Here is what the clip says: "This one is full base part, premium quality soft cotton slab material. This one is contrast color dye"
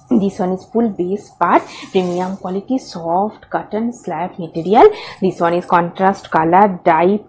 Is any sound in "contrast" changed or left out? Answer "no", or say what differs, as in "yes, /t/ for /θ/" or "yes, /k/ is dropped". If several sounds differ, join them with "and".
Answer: no